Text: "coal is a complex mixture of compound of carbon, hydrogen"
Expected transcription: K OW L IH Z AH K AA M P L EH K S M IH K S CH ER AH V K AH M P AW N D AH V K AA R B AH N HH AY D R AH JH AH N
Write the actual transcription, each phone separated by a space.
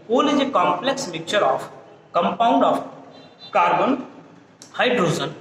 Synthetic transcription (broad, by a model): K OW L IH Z AH K AA M P L EH K S M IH K CH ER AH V K AH M P AW N D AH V K AA R B AH N HH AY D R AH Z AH N